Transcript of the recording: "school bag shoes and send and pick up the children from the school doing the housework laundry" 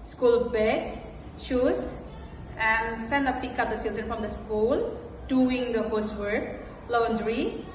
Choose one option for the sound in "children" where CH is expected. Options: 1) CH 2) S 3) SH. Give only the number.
2